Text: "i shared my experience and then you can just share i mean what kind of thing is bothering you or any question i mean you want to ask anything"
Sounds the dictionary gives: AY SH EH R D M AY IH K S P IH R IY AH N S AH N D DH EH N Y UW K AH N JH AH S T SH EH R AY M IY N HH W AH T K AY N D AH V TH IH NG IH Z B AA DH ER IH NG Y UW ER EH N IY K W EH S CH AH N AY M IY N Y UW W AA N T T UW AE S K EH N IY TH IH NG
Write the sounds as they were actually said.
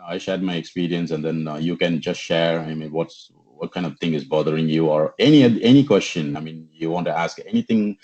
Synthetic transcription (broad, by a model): AY SH EH R D M AY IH K S P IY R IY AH N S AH N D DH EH N Y UW K AH N JH AH S T SH EH R AY M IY N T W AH T K AY N D AH V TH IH NG IH Z B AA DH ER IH NG Y UW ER EH N IY K W EH S CH AH N AY M IY N Y UW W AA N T T UW AE S K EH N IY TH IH NG